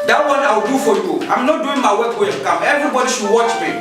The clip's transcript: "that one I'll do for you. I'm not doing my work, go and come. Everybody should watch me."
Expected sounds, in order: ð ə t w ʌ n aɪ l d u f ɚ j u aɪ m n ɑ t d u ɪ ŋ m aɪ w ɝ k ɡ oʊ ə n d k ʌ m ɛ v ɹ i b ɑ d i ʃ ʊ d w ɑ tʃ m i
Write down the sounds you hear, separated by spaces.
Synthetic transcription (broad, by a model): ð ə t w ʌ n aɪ w d u f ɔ j u aɪ m n ɑ t d u ɪ ŋ m aɪ w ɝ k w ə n k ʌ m ɛ v ɹ i b ɑ d i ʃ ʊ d w ɑ tʃ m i